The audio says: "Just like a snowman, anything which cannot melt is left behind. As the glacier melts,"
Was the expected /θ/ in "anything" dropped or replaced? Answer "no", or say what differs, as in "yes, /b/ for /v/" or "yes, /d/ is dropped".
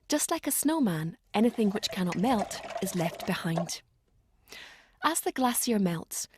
no